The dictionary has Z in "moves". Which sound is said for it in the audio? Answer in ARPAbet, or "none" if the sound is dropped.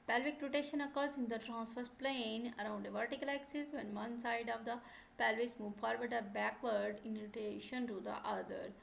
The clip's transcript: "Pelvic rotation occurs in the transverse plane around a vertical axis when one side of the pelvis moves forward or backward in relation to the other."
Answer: none